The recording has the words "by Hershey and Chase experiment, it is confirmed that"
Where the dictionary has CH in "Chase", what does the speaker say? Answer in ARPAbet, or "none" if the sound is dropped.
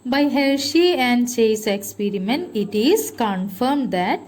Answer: CH